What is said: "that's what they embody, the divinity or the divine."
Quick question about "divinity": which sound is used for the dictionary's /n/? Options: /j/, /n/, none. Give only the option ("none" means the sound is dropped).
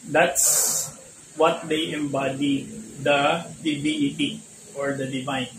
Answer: none